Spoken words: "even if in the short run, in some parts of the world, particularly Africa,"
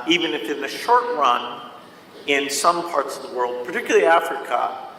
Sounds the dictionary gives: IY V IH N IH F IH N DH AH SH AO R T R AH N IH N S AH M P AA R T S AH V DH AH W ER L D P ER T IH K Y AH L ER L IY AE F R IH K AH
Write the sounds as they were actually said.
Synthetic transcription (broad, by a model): IY V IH N IH F IH N DH AH SH AO R T R AH N IH N S AH M P AA R T S AH V DH AH W ER L D P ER T IH K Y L L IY AE F R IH K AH